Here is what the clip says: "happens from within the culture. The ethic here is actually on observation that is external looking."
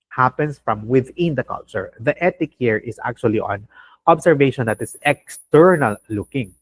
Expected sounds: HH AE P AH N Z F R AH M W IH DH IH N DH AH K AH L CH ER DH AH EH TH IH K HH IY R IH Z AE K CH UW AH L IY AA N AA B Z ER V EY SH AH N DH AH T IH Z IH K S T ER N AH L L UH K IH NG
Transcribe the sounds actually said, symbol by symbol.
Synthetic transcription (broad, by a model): HH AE P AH N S F R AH M W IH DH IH N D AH K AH L CH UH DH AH EH T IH K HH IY R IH S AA K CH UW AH L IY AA N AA B S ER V EY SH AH N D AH T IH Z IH K S T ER N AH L L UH K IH NG